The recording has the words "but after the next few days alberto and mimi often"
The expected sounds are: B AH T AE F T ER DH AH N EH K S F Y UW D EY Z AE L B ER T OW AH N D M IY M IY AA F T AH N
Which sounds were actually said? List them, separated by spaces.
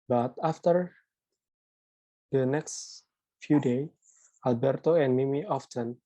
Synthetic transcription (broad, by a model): B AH T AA F T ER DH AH N EH K S F Y UW D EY AE L B ER T OW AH N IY M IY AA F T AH N